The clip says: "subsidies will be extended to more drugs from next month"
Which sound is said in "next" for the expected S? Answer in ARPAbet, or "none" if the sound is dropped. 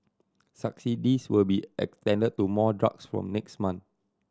S